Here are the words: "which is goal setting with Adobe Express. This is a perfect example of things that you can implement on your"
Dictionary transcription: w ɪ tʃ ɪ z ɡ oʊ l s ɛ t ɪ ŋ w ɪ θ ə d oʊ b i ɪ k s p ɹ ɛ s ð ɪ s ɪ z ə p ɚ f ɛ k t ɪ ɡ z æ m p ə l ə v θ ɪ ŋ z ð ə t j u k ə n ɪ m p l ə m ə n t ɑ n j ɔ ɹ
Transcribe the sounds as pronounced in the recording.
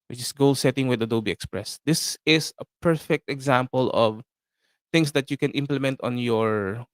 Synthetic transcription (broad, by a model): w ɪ tʃ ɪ s ɡ oʊ l s ɛ t ɪ ŋ w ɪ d ə d oʊ b i ɪ k s p ɹ ɛ s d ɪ s ɪ s ə p ɚ f ɛ k t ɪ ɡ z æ m p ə l ə v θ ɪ ŋ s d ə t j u k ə n ɪ m p l ə m ə n t ɑ n j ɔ ɹ